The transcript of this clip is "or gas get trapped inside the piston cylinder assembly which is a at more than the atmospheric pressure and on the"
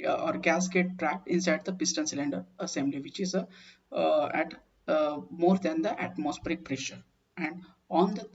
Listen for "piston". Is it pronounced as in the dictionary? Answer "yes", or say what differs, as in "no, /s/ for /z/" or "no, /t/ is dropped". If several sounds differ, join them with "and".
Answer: yes